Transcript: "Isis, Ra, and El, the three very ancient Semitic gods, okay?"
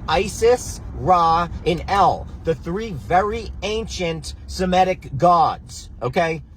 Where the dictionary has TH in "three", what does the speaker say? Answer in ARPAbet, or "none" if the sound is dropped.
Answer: TH